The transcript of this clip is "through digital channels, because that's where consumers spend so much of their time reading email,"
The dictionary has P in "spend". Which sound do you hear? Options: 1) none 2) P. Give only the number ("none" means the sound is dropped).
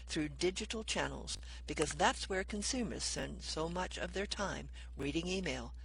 1